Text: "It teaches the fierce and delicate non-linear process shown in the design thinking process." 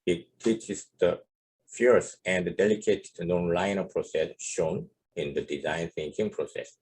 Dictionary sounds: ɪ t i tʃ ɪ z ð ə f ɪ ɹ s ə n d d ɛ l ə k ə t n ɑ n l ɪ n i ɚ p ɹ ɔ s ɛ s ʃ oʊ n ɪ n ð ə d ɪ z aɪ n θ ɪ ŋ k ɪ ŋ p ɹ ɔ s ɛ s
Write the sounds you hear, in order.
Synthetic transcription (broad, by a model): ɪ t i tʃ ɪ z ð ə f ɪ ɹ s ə n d d ɛ l ə k ə t n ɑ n l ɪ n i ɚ p ɹ ɔ s ɛ s ʃ oʊ n ɪ n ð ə d ɪ z aɪ n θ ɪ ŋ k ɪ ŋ p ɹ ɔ s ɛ s